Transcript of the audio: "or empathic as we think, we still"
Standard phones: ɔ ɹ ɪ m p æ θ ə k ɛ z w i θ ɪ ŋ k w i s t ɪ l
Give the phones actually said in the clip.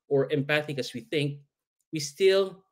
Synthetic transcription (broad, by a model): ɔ ɹ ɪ m p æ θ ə k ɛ s w i θ ɪ ŋ k w i s t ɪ l